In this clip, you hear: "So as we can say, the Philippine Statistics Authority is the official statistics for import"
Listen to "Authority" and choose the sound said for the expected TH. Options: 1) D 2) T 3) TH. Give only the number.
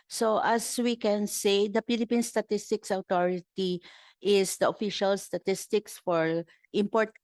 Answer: 2